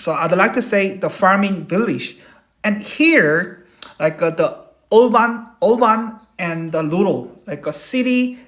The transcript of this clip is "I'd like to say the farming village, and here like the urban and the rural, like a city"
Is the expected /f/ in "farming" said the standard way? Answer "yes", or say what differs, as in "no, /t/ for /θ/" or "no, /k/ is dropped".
yes